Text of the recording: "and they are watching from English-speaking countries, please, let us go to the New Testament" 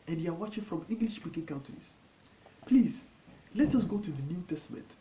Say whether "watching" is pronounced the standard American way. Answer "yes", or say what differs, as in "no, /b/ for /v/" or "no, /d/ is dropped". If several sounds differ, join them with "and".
yes